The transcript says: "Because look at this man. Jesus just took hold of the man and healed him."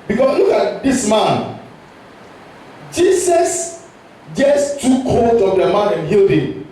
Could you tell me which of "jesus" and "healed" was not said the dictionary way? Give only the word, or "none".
jesus